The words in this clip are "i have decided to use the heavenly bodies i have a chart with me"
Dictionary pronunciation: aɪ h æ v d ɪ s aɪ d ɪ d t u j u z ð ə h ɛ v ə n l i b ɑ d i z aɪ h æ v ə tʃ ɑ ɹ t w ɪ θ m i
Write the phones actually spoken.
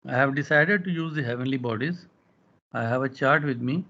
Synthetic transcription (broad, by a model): aɪ h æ v d ɪ s aɪ d ɪ d t u j u z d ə h ɛ v ə n l i b ɑ d i z aɪ h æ v ə tʃ ɑ ɹ t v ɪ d m i